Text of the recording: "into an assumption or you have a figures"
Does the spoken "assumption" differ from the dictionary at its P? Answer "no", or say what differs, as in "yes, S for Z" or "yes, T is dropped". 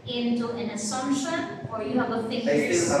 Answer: yes, P is dropped